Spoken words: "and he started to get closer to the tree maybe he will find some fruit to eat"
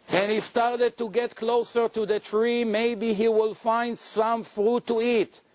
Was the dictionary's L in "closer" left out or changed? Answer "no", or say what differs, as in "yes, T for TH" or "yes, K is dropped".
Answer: no